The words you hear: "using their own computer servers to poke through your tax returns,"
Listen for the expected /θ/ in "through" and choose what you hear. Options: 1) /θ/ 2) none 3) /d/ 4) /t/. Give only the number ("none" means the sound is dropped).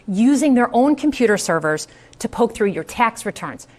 1